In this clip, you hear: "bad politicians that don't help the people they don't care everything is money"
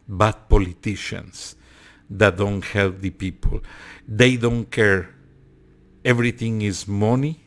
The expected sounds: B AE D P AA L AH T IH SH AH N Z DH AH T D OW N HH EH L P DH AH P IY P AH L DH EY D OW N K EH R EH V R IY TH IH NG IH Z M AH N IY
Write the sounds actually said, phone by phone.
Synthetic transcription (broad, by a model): B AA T P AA L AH T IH SH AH N S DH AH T D OW N HH EH L P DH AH P IY P AH L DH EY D OW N K EH R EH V R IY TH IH NG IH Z M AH N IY